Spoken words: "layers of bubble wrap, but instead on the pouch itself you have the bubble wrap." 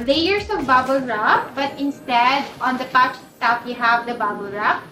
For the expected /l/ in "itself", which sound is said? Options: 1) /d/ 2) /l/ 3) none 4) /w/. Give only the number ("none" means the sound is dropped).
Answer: 3